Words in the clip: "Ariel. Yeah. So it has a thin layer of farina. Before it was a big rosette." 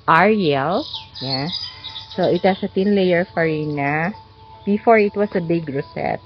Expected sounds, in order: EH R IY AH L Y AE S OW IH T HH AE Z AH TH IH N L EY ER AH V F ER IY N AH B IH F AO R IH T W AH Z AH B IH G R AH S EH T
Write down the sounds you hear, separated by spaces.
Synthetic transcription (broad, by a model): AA R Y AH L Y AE S OW IH T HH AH S AH T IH N L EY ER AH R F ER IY N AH B IH F AO R IH T W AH S AH B IH G R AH S EH T